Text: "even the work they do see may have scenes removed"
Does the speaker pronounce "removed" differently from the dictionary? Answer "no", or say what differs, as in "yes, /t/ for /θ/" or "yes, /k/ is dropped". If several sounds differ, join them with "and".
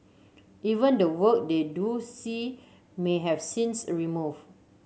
yes, /d/ is dropped